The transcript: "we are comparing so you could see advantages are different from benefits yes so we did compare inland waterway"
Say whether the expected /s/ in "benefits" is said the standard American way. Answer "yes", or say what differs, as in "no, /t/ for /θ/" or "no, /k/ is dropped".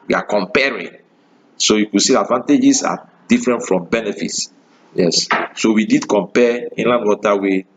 yes